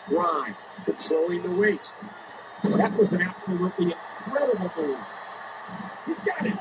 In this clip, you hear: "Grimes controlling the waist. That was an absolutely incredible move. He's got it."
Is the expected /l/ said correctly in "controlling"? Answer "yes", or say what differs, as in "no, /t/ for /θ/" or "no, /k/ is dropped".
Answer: no, /l/ is dropped